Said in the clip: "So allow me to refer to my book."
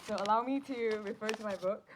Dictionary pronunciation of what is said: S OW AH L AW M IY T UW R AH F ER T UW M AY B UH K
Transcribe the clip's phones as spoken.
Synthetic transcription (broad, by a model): S OW AH L AW M IY T UW R AH F ER T UW M AY B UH K